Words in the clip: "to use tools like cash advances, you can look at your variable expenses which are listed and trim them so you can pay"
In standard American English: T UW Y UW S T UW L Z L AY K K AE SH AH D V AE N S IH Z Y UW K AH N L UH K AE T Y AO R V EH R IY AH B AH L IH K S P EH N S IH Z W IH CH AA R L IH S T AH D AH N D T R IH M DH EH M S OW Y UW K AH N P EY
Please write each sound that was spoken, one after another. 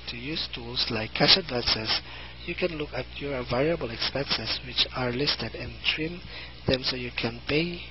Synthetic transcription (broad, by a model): T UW Y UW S T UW L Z L AY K K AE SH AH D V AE N S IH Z Y UW K AH N L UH K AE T Y AO R V EH R IY AH B AH L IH K S P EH N S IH S W IH CH AA R L IH S T AH D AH N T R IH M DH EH M S OW Y UW K AH N P EY